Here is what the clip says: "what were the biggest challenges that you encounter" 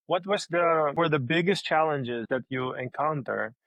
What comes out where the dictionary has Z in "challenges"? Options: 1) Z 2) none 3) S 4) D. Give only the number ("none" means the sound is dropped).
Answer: 1